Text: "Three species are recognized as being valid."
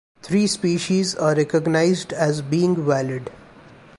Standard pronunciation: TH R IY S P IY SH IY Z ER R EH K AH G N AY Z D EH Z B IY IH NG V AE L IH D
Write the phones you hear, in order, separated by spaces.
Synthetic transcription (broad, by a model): T R IY S P IY SH IY Z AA R EH K AH G N AY Z D EH Z B IY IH NG V AE L IH D